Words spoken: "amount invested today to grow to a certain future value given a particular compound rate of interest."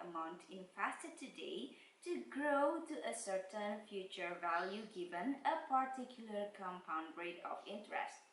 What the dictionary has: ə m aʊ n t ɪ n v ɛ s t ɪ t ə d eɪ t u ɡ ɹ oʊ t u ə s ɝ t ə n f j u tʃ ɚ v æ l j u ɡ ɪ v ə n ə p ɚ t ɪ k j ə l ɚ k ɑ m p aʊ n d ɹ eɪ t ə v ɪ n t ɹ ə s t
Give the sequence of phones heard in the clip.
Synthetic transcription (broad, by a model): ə m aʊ n t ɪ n f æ s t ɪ t ə d eɪ t u ɡ ɹ oʊ t u ə s ɝ t ə n f j u tʃ ɚ v æ l j u ɡ ɪ v ə n ə p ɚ t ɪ k j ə l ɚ k ɑ m p aʊ n d ɹ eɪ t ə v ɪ n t ɹ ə s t